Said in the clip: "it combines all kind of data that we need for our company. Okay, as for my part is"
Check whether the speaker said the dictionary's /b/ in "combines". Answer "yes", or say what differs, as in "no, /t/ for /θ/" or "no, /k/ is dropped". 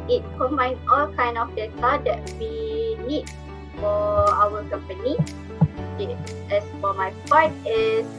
no, /b/ is dropped